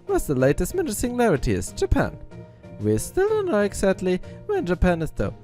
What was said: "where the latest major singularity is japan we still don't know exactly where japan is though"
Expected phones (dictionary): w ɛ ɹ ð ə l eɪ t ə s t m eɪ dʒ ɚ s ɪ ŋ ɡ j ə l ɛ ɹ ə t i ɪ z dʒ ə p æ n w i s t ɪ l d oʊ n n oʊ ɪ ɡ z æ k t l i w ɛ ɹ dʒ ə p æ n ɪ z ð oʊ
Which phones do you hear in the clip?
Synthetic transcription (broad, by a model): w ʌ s ð ə l eɪ t ə s t m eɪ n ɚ s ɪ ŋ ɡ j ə l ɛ ɹ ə t i ɪ z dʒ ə p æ n w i s t ɪ l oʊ n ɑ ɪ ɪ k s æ t l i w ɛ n dʒ ə p æ n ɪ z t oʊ